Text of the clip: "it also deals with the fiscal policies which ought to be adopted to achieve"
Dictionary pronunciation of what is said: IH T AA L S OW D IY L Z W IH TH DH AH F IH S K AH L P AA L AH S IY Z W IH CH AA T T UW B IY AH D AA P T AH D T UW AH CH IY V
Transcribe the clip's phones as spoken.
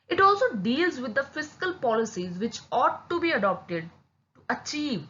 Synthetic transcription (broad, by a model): IH T AA L S OW D IY L Z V IH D AH F IH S K AH L P AA L AH S IY Z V IH CH AA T T UW B IY AH D AA P T AH D T UW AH CH IY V